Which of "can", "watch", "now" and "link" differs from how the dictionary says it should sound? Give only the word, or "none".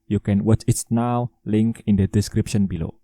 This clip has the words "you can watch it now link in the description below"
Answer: none